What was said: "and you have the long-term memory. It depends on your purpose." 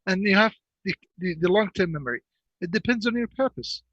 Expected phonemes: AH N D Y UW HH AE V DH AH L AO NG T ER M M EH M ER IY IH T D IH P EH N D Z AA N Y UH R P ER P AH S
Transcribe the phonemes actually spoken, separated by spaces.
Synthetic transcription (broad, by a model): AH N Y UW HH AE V DH AH L AO NG T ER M M EH M ER IY IH T D IH P EH N D Z N Y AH R P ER P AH S